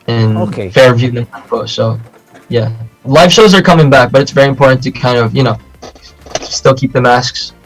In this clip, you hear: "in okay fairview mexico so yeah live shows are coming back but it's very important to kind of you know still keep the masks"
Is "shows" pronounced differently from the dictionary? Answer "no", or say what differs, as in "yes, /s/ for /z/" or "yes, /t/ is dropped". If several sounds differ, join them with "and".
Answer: no